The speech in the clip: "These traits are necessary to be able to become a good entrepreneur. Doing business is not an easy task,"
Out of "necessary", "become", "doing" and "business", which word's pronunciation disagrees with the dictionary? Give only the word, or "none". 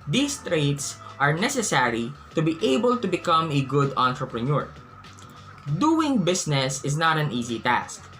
business